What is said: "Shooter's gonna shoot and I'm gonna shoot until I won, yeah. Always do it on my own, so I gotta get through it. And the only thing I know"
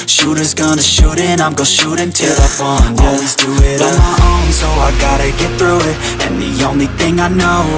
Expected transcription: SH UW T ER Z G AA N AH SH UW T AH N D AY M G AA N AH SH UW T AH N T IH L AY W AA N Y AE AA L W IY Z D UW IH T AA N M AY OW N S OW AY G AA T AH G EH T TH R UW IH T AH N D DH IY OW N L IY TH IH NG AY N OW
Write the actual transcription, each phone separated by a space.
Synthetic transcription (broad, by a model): SH UW T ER Z G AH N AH SH UW T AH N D AY M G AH SH UW T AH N T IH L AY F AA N AA L W IY Z D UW IH T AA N M AY OW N S OW AY G AA T AH G EH T TH R UW IH T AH N DH IY OW N L IY TH IH NG AY N OW